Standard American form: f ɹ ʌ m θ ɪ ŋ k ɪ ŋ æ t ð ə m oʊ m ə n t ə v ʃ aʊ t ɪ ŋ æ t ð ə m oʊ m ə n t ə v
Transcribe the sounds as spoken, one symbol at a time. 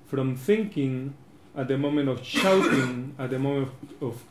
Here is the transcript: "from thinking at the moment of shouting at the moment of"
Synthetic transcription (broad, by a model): f ɹ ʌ m θ ɪ ŋ k ɪ ŋ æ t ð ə m oʊ m ə n t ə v ʃ aʊ t ɪ ŋ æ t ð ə m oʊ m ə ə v